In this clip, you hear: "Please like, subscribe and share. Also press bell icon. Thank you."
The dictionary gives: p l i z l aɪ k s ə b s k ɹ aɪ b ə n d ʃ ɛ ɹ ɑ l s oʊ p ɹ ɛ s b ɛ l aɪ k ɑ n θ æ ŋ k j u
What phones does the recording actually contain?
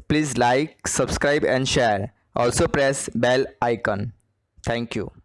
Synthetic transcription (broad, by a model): p l i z l aɪ k s ə b s k ɹ aɪ b ə n d ʃ ɛ ɹ ɑ l s oʊ p ɹ ɛ s b ɛ l aɪ k ɑ n t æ ŋ k j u